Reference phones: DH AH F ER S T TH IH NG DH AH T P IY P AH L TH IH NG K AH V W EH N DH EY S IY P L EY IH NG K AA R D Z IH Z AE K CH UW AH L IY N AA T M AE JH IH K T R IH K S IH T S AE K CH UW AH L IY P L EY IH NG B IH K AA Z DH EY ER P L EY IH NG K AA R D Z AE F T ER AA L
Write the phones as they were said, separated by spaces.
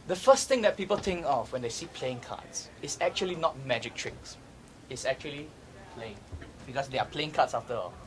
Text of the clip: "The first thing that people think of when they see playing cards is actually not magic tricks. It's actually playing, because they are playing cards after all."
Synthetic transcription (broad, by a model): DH AH F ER S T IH NG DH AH T P IY P AH L T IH NG K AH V W EH N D EY S IY P L EY IH NG K AA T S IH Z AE K CH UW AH L IY N AA T M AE JH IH K T R IH K S IH T S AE K CH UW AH L IY P L EY IH NG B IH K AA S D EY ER P L EY IH NG K AA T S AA F T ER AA L